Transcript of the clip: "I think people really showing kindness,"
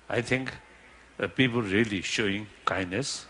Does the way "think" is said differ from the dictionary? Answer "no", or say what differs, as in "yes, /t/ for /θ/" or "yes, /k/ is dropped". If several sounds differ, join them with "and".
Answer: yes, /t/ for /θ/